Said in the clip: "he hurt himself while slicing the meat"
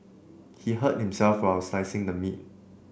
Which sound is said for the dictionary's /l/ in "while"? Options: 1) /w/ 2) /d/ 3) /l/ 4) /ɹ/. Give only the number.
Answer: 1